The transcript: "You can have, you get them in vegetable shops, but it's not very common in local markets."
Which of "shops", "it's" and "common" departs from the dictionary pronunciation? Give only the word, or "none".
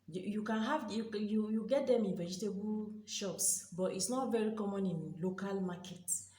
none